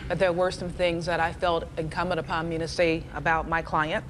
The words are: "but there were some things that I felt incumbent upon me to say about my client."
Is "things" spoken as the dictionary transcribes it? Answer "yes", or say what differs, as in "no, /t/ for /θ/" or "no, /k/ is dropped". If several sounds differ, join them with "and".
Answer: yes